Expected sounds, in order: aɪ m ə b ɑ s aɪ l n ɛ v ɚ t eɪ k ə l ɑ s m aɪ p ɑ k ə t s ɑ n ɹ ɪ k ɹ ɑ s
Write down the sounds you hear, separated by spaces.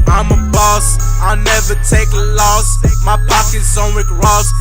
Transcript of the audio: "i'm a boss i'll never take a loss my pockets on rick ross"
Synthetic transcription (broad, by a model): aɪ m ə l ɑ s aɪ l n ɛ v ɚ t eɪ k l ɑ s m aɪ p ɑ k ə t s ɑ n w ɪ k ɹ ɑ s